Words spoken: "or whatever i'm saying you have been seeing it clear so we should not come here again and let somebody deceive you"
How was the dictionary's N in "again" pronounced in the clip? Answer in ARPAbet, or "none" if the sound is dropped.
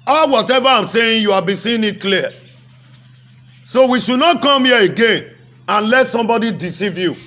N